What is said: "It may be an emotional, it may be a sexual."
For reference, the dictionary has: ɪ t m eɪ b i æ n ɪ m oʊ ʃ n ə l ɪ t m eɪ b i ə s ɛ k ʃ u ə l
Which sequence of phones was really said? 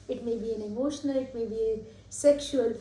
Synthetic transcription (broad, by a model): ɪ t m eɪ b i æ n ɪ m oʊ ʃ n ə l ɪ t m eɪ b i ə s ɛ k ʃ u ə l